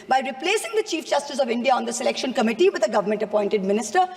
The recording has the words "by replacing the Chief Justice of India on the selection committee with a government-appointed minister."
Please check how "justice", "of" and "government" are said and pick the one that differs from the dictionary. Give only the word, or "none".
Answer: none